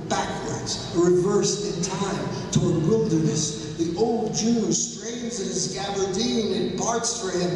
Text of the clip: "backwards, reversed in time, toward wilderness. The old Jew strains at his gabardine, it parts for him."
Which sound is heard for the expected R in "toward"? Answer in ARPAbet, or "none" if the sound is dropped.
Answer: R